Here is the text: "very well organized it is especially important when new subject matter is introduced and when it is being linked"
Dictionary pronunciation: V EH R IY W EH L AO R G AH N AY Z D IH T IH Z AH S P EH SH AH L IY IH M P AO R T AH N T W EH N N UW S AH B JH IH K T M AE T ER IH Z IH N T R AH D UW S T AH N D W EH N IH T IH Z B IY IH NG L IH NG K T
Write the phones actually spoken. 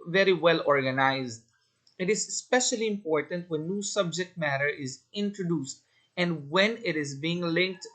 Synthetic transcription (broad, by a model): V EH R IY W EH L AO R G AH N AY Z D IH T IH Z S P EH SH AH L IY IH M P AO R T AH N T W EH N N UW S AH B JH IH K T M AE T ER IH Z IH N T R AH D UW S T AH N D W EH N IH T IH Z B IY IH NG L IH NG K T